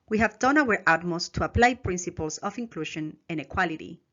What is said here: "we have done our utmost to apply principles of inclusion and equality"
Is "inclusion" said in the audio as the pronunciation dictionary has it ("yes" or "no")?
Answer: no